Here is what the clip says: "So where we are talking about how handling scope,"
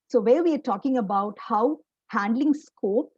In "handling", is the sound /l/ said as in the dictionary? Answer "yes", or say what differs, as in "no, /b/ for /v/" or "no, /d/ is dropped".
yes